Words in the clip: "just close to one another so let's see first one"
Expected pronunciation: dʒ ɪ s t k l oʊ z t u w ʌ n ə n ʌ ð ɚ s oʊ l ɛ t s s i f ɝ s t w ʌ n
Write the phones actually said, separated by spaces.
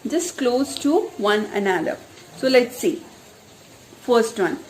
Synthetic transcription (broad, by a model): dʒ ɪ s k l oʊ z t u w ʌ n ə n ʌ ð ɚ s oʊ l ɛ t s s i f ɝ s t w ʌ n